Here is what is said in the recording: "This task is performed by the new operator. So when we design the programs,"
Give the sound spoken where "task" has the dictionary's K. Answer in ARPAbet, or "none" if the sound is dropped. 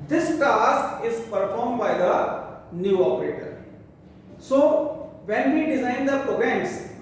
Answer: none